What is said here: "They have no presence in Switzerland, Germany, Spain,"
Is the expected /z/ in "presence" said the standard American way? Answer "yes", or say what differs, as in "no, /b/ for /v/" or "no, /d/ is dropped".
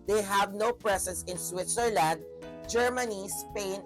no, /s/ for /z/